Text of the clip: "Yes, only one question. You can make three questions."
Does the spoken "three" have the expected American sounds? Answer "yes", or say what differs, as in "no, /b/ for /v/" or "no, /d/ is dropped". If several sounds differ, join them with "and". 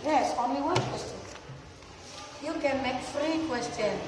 no, /f/ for /θ/